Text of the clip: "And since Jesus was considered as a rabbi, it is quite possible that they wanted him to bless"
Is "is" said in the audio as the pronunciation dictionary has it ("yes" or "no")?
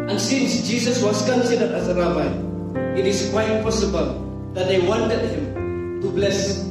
no